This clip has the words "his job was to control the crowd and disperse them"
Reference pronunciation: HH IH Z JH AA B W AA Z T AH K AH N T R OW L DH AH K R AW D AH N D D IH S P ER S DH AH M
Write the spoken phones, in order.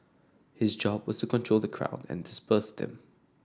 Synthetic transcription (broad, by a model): HH IH Z JH AA B W AA Z T AH K AH N T R OW L DH AH K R AW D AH N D D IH S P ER S DH AH M